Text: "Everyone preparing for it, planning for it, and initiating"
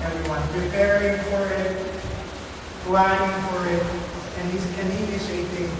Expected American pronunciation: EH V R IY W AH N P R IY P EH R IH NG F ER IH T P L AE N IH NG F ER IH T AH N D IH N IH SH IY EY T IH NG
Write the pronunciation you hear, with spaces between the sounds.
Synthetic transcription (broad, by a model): EH V R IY W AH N P R IY P EH R IH NG F ER IH T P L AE IH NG F ER IH T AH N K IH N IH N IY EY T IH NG